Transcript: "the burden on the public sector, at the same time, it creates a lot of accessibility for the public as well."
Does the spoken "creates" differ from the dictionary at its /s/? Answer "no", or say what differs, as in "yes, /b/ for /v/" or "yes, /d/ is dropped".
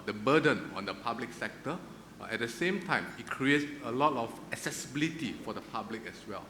yes, /s/ is dropped